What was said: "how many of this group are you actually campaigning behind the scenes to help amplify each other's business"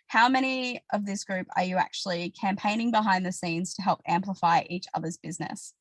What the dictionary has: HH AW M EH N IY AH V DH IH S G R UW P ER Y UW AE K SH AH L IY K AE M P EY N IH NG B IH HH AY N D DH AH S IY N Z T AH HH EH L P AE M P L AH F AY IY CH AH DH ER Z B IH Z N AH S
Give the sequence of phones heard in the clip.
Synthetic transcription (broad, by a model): HH AW M EH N IY AH V DH IH S G R UW P ER Y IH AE K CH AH L IY K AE M P EY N IH NG B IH HH AY N DH AH S IY N Z T AH HH EH L P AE M P L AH F AY IY CH AH DH ER Z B IH Z N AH S